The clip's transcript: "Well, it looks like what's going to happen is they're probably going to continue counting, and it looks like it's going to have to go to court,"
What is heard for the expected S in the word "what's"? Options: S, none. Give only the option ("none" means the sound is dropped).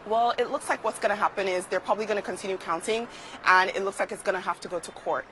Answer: S